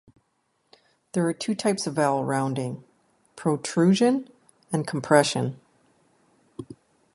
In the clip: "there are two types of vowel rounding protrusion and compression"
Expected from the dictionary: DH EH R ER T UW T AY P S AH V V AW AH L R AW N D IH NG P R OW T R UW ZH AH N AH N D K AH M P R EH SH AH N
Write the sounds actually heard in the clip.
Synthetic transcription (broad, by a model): DH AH R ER T UW T AY P S AH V V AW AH L R AW N D IH NG P R OW T R UW ZH AH N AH N K M P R EH SH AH N